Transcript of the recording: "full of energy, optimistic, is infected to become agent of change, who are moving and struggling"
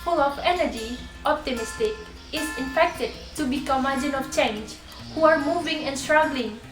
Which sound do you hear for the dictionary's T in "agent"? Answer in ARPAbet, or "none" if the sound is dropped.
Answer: none